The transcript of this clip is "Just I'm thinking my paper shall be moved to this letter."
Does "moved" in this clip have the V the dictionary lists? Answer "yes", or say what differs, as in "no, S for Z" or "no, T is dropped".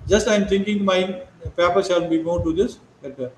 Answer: no, V is dropped